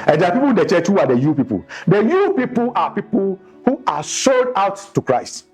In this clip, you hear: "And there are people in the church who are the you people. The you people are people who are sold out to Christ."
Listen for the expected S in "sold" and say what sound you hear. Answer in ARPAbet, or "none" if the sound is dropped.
SH